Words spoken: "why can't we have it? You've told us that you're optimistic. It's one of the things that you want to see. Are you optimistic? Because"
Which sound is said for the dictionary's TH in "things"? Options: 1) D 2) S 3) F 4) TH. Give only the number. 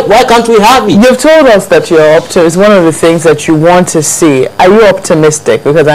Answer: 4